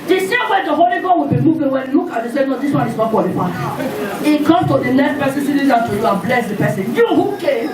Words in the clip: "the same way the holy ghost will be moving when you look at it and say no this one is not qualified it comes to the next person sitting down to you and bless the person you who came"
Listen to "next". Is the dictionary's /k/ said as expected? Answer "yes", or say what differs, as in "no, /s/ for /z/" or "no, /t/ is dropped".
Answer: no, /k/ is dropped